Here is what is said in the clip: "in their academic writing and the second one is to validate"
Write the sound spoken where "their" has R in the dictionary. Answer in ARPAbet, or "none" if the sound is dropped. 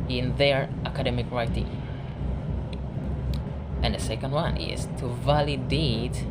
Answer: R